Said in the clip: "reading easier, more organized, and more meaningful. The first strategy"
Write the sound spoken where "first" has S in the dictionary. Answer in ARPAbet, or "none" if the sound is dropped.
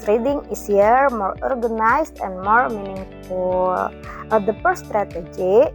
none